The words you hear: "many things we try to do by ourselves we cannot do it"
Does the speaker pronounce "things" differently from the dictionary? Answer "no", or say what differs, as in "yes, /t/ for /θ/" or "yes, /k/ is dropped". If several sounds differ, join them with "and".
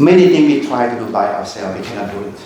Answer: yes, /z/ is dropped